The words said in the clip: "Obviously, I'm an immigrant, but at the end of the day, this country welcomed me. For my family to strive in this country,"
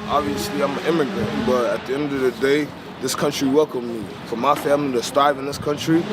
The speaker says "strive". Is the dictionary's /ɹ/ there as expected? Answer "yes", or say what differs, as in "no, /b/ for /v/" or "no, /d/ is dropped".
no, /ɹ/ is dropped